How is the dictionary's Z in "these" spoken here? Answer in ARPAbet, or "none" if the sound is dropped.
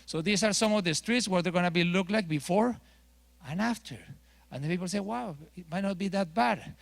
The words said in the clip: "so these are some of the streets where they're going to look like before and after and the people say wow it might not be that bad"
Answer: S